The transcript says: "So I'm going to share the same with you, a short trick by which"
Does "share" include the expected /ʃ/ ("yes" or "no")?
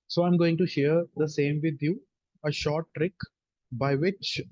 yes